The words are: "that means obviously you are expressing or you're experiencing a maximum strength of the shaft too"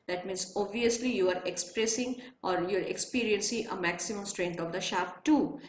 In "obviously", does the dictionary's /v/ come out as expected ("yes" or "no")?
yes